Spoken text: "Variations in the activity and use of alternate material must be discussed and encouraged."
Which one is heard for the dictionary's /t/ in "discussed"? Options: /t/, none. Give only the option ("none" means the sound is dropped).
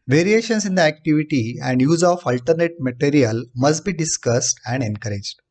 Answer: /t/